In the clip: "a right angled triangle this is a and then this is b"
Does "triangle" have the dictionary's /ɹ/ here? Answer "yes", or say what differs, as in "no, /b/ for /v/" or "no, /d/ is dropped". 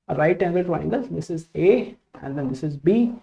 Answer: no, /ɹ/ is dropped